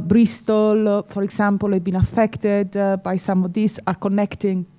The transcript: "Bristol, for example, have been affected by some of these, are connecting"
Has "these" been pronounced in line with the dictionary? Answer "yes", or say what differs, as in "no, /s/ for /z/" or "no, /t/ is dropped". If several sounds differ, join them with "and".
no, /s/ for /z/